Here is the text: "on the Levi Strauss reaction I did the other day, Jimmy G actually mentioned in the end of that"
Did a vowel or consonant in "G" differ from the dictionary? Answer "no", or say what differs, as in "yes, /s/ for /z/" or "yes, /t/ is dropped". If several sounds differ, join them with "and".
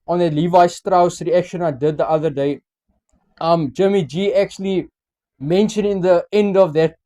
no